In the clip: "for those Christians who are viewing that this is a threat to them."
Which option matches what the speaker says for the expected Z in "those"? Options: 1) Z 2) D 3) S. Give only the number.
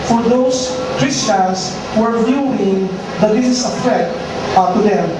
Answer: 3